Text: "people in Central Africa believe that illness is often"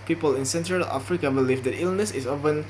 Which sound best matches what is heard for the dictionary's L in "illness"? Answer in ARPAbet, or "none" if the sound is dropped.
L